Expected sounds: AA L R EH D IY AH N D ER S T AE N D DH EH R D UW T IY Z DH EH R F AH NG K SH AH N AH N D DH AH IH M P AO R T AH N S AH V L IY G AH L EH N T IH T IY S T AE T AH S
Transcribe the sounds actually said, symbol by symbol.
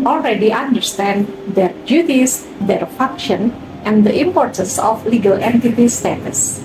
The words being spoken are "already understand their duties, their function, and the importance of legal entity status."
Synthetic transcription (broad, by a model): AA L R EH D IY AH N D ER S T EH N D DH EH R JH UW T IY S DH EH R F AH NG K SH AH N AH N D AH IH M P AO R T AH N S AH F L IY G AH L EH N T IH T IY S T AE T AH S